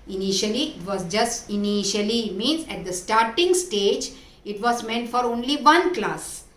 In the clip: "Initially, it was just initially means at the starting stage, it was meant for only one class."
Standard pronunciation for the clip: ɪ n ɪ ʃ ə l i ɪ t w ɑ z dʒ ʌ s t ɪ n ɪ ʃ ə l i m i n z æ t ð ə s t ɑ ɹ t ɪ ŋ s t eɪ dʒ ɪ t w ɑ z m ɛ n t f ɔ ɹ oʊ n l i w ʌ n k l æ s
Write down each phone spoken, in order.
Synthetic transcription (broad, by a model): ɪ n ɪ ʃ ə l i ɪ t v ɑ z dʒ ʌ s t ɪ n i ʃ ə l i m i n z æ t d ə s t ɑ ɹ t ɪ ŋ s t eɪ dʒ ɪ t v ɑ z m ɛ n t f ɔ ɹ oʊ n l i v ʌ n k l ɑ s